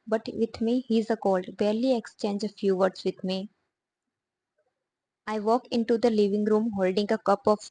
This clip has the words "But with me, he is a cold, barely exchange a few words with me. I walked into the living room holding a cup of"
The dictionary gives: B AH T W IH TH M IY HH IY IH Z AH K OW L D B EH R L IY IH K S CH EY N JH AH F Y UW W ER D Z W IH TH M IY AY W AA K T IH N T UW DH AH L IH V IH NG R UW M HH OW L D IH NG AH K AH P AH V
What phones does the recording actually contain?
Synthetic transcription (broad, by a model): B AH T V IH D M IY HH IY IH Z AH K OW L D B EH R L IY IH K S CH EY N JH AH F Y UW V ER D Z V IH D M IY AY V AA K IH N T UW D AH L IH V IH NG R UW M HH OW L D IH NG AH K AH P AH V